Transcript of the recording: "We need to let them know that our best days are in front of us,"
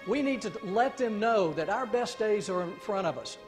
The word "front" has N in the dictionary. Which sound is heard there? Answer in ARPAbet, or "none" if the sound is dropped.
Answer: none